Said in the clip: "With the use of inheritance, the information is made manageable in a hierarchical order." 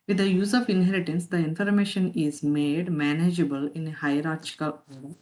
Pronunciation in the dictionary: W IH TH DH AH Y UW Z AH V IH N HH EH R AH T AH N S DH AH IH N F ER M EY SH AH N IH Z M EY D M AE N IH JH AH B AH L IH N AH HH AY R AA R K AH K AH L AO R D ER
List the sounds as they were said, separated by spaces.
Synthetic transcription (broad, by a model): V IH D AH Y UW Z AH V IH N HH EH R AH T AH N S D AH IH N F ER M EY SH AH N IH Z M EY D M AE N IH JH AH B AH L IH N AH HH AY R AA R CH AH K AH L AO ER